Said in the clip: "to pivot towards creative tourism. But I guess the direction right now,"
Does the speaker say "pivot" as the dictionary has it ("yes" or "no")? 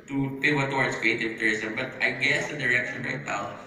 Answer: no